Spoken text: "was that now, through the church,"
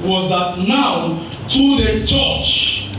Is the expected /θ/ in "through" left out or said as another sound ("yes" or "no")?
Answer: yes